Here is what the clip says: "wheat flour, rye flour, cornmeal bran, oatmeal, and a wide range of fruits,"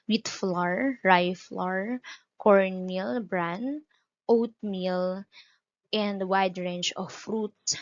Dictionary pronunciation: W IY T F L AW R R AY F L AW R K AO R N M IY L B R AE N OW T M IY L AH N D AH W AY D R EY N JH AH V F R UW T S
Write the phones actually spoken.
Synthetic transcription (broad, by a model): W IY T F L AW R R AY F L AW R K AO R N M IY L B R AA N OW T M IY L AH N D W AY D R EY N CH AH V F R UW T